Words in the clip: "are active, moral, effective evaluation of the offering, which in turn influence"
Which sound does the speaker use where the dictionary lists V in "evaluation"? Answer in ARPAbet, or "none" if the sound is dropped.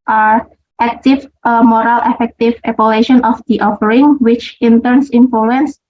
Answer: P